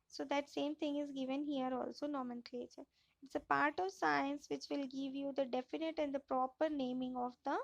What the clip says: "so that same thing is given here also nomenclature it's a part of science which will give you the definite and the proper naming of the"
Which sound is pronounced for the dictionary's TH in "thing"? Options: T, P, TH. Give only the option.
T